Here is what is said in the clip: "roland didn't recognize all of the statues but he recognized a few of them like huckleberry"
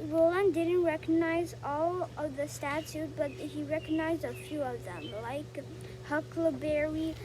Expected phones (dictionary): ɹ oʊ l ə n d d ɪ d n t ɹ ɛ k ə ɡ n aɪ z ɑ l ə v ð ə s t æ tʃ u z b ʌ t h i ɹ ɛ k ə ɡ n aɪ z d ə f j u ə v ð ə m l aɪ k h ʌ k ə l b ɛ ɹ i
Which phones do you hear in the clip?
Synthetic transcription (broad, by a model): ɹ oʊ l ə n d d ɪ d n t ɹ ɛ k ə ɡ n aɪ z ɑ l ə v ð ə s t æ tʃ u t b ʌ t h i ɹ ɛ k ə ɡ n aɪ z d ə f j u ə v ð ə m l aɪ k h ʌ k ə b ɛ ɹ i